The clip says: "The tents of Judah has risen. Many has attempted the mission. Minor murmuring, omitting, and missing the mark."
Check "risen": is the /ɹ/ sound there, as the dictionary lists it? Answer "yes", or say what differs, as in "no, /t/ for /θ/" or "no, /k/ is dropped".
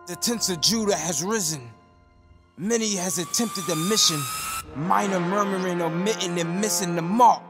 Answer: yes